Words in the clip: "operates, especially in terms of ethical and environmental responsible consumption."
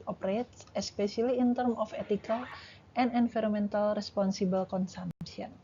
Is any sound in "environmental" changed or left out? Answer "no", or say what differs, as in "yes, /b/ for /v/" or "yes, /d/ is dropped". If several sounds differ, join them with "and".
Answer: yes, /f/ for /v/ and /n/ is dropped